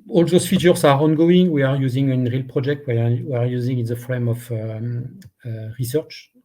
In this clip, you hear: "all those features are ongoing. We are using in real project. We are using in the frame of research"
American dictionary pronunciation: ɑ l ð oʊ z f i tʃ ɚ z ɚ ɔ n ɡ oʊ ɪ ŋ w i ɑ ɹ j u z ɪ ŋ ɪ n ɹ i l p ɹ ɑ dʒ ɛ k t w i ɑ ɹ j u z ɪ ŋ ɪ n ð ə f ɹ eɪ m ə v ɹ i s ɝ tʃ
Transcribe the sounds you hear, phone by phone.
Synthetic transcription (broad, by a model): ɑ l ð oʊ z f i tʃ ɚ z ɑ ɔ n ɡ oʊ ɪ ŋ w i ɑ ɹ j u z ɪ ŋ ɪ n ɹ i l p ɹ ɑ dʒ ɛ k t w i ɑ ɹ j u z ɪ ŋ ɪ n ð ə f ɹ eɪ m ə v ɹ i s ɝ tʃ